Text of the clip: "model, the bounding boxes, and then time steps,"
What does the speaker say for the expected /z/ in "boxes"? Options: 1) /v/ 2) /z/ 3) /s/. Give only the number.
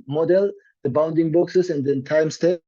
3